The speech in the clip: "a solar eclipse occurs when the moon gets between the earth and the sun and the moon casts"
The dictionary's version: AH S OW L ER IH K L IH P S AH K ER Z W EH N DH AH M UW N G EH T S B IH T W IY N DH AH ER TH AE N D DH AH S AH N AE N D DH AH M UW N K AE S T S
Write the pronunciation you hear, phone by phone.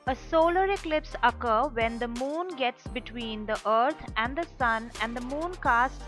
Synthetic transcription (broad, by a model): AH S OW L ER IH K L IH P S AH K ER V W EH N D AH M UW N G EH T S B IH T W IY N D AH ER T AE N D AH S AH N AE N D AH M UW N K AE S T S